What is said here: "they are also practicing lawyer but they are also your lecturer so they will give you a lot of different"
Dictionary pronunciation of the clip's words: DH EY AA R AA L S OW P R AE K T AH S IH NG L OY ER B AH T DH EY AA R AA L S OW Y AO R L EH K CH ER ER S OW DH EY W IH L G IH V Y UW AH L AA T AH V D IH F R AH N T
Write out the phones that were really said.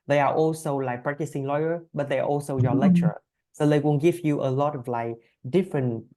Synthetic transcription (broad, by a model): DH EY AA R AA L S OW P R AE K T AH S IH NG L OY ER B AH T DH EY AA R AA L S OW Y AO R L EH K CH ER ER S OW DH EY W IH N G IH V Y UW AH L AA T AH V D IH F R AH N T